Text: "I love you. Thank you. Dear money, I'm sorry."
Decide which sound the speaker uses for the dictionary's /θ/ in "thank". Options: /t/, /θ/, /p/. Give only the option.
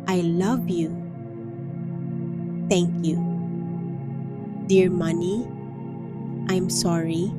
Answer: /t/